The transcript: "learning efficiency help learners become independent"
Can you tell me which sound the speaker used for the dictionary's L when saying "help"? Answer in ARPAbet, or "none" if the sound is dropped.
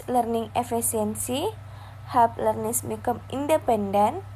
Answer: none